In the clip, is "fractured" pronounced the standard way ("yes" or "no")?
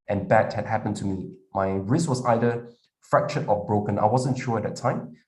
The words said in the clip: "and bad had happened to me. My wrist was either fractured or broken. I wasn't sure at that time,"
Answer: no